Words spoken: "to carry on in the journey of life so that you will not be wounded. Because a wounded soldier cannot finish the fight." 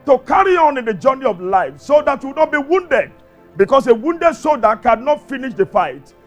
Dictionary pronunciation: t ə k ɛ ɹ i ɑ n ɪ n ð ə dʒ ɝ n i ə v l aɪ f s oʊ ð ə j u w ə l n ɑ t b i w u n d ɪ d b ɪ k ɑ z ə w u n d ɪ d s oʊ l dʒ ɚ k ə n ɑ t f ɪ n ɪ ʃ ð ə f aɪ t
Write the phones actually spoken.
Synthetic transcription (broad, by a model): t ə k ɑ ɹ i ɑ n ɪ n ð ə dʒ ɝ n i ə v l aɪ f s oʊ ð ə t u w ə n ɑ t b i w u n d ɪ d b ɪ k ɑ s ə w u n d ɪ d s oʊ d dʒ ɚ k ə n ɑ t f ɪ n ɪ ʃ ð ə f aɪ t